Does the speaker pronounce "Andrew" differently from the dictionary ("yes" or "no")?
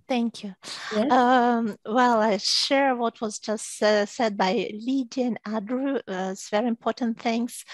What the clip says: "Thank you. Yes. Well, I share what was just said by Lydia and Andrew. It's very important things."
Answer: yes